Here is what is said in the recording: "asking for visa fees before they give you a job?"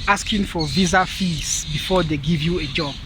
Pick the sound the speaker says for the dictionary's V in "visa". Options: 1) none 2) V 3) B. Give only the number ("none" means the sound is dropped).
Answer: 2